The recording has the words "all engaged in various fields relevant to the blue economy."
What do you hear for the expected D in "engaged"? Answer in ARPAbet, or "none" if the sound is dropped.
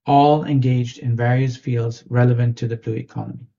D